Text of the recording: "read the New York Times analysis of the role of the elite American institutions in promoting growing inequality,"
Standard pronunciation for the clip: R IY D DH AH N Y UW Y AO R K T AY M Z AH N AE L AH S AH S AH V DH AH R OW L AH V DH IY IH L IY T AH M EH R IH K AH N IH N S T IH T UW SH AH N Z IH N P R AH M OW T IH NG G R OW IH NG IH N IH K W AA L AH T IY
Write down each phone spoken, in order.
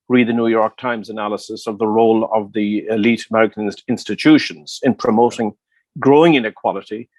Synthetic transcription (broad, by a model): R IY D DH AH N Y UW Y AO R K T AY M Z AH N AE L AH S AH S AH V DH AH R OW L AH V DH IY IH L IY T AH M EH R IH K AH N IH N S T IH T UW SH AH N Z IH N P R AH M OW T IH NG G R OW IH NG IH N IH K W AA L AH T IY